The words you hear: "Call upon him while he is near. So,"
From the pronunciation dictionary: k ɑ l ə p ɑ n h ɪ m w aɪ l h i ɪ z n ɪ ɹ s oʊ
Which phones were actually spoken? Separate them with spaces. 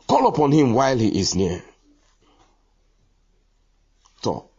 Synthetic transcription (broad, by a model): k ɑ l ə p ɑ n h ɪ m w aɪ l h i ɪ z n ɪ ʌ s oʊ